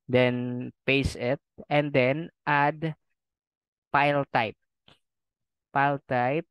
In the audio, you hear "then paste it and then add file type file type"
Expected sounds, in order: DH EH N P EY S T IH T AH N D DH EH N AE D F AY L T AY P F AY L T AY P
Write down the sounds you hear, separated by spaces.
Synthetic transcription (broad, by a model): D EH N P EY S IH T AH N D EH N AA D P AY L T AY P P AY L T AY P